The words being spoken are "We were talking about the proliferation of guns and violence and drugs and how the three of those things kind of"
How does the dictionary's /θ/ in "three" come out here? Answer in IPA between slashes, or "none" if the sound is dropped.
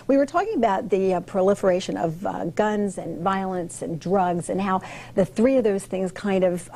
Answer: /θ/